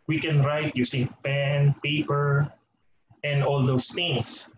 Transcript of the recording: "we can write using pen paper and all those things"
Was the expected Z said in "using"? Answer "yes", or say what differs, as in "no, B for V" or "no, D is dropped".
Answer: no, S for Z